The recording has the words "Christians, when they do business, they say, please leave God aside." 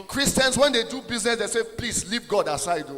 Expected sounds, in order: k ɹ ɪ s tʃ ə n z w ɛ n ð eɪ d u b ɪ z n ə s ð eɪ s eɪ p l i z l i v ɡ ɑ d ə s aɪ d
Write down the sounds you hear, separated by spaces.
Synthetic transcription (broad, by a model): k ɹ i s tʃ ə n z w ɛ n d eɪ d u b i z n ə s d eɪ s eɪ p l i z l i p ɡ ɑ d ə s aɪ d